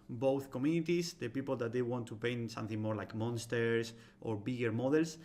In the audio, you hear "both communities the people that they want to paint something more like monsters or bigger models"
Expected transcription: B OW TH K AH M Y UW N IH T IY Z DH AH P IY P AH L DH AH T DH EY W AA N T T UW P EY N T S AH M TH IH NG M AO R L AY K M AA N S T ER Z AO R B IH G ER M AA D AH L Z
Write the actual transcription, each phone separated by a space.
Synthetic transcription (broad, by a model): B OW TH K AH M Y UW N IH T IY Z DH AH P IY P AH L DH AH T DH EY W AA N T T UW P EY N S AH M TH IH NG M AO R L AY K M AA N S T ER S AO R B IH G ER M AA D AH L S